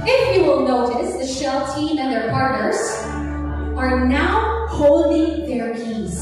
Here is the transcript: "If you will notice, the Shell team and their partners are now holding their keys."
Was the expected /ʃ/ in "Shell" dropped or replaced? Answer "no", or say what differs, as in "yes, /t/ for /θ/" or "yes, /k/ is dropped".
no